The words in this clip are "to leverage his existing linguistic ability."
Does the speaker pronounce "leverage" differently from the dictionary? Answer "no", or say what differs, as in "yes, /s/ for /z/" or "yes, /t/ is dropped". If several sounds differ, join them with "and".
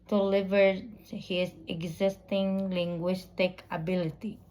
yes, /ɹ/ is dropped